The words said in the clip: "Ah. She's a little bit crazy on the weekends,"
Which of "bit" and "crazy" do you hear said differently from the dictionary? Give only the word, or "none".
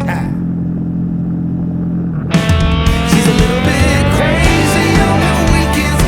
none